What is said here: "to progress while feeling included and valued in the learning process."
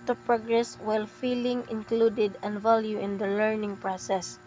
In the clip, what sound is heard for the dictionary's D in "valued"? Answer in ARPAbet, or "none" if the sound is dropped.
none